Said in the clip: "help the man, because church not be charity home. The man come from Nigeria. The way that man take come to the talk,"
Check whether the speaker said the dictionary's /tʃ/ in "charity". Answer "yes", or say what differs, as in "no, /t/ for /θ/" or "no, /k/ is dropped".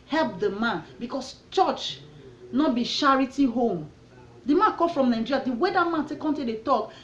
no, /ʃ/ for /tʃ/